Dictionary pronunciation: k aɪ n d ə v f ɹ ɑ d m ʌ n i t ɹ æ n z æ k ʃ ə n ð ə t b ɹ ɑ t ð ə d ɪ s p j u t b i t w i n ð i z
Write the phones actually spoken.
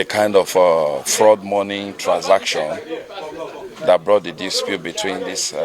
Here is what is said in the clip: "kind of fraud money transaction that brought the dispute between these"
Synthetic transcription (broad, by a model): k aɪ n d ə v f ɹ ɑ d m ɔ n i t ɹ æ n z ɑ k ʃ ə n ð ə t b ɹ ɑ t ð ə d ɪ s p j u t b i t w i n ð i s